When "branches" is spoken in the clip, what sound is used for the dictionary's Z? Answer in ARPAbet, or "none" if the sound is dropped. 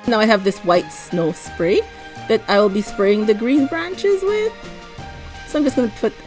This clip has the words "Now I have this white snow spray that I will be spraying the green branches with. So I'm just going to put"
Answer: Z